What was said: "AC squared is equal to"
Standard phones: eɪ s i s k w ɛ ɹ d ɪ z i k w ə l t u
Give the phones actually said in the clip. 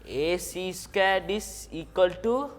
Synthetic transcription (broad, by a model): eɪ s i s k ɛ d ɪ s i k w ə l t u